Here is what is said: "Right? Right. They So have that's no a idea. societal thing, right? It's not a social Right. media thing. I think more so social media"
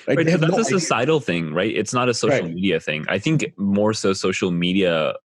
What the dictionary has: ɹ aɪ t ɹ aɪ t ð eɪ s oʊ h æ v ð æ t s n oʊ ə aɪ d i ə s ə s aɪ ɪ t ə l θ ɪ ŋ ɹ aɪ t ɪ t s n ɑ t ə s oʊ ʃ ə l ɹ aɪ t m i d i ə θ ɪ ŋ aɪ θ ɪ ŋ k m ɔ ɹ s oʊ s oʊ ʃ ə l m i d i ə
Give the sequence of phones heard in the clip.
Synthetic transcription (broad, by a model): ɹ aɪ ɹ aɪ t s oʊ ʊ ð æ t s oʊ ə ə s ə s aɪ ɪ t l θ ɪ ŋ ɹ aɪ t ɪ t s n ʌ t ə s oʊ ʃ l m i d i ə θ ɪ ŋ aɪ θ ɪ ŋ k m ɔ ɹ s oʊ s oʊ ʃ l m i d i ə